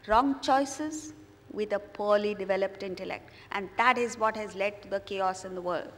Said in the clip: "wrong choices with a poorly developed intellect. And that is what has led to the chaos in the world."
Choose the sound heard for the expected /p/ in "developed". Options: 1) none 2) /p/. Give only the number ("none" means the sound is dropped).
2